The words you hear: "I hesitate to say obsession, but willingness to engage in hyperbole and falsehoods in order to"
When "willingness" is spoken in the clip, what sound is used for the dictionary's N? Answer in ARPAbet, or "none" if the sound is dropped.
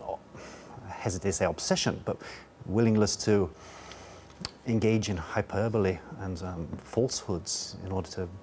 L